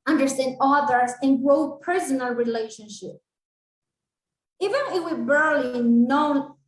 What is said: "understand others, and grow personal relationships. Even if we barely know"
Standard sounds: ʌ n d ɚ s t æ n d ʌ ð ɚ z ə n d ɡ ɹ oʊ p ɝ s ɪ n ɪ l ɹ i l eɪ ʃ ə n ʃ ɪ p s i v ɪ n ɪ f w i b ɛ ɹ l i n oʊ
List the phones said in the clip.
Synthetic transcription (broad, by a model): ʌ n d ɚ s t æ n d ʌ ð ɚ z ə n ɡ ɹ oʊ p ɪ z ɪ n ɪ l ɹ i l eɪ ʃ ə n ʃ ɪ p i v ɪ n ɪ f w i b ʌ ɹ l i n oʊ